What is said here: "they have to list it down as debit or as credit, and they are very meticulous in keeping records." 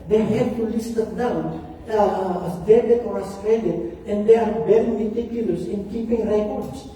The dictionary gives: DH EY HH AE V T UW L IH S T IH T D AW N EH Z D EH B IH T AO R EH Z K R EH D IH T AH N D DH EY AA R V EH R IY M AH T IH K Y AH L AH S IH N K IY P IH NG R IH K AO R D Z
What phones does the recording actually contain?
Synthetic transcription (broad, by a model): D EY HH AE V T UW L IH S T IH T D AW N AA S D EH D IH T AO R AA S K R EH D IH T AH N D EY AA R B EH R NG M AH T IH K Y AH L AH S IH N K IY P IH NG R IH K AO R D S